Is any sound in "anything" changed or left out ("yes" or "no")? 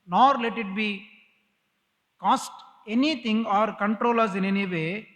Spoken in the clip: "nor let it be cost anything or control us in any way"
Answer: yes